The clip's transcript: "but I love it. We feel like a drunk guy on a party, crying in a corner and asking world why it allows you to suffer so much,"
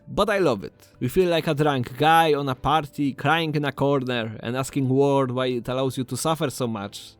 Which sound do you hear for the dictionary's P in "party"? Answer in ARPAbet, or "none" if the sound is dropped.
P